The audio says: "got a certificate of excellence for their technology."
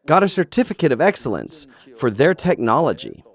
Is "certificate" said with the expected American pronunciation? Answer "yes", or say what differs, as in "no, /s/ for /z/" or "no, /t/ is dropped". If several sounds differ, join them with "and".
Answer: yes